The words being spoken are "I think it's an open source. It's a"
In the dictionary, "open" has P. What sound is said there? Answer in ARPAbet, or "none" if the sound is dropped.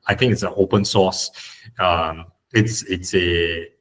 P